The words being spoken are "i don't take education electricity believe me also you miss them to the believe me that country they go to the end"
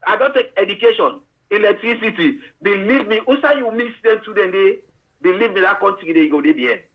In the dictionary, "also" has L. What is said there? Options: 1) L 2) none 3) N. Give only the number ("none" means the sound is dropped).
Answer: 2